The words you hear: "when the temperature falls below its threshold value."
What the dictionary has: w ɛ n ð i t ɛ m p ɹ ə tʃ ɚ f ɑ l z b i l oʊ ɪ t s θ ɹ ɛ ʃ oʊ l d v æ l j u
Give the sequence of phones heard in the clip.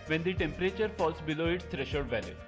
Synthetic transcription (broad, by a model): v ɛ n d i t ɛ m p ɹ ə tʃ ɚ f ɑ l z b i l oʊ ɪ t s t ɹ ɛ ʃ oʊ d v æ l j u